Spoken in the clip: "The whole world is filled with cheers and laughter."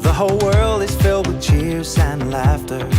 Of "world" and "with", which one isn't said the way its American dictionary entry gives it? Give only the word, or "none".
none